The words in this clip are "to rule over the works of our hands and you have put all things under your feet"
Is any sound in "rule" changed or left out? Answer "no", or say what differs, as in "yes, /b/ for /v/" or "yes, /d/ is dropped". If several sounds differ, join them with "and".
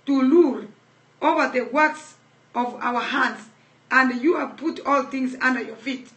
yes, /l/ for /ɹ/